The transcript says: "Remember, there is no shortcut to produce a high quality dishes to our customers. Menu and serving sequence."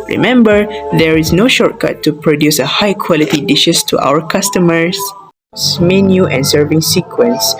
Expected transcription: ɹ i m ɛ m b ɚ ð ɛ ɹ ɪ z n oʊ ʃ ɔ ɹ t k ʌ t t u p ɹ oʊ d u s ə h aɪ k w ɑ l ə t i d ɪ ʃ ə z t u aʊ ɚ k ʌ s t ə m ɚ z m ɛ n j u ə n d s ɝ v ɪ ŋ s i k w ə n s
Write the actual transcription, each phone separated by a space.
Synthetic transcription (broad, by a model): ɹ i m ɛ m b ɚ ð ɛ ɹ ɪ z n oʊ ʃ ɔ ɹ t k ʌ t t u p ɹ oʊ d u s ə h aɪ k w ɑ l ə t i d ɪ ʃ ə s t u aʊ ɚ k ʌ s t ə m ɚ s m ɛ n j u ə n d s ɝ v ɪ ŋ s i k w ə n s